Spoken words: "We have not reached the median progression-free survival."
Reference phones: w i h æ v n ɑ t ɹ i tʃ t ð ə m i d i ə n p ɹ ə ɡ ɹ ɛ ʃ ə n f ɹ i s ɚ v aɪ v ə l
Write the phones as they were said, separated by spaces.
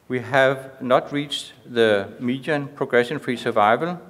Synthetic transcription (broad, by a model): w i h æ v n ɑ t ɹ i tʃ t ð ə m i d i ə n p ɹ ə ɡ ɹ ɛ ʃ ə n f ɹ i s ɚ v aɪ v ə l